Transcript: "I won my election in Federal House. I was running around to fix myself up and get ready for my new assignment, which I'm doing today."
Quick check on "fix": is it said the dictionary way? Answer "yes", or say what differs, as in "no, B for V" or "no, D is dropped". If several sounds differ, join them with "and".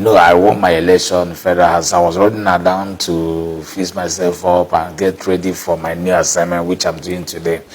no, K is dropped